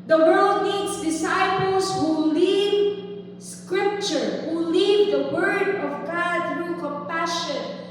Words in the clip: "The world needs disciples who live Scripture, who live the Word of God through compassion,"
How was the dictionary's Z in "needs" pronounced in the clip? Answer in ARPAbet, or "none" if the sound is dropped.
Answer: S